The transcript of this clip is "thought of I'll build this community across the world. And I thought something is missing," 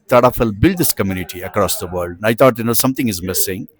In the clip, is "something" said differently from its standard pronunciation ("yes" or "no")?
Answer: yes